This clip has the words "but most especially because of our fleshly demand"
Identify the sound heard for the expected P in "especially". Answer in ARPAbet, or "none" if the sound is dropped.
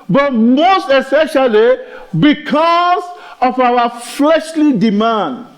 none